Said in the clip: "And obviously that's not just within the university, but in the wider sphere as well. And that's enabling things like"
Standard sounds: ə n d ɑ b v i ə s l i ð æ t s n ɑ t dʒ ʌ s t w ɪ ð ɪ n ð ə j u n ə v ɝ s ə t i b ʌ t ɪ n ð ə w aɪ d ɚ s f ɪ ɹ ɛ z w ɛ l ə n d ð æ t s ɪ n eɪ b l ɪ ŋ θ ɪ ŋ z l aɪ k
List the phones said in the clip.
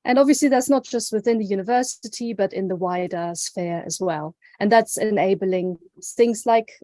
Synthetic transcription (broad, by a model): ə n ɑ b v i ə s l i ð æ t s n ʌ t dʒ ʌ s t w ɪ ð ɪ n ð ə j u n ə v ɝ s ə t i b ʌ t ɪ n ð ə w aɪ d ɚ s f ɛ ɹ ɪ z w ɛ l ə n ð æ t s ɪ n eɪ b l ɪ ŋ θ ɪ ŋ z l aɪ k